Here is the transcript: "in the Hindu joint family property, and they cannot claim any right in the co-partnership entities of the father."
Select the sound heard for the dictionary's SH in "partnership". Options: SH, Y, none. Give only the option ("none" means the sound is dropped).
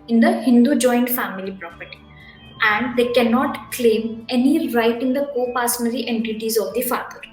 none